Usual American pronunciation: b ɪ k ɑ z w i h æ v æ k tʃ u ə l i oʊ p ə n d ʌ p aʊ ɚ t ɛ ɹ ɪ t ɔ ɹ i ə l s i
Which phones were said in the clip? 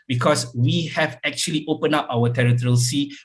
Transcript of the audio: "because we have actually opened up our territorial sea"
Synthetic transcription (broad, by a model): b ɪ k ɑ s w i h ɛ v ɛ k tʃ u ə l i oʊ p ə n ɑ p aʊ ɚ t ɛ ɹ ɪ t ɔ ɹ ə l s i